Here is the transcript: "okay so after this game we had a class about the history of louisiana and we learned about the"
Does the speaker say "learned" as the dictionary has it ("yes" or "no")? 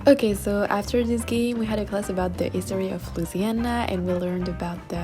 yes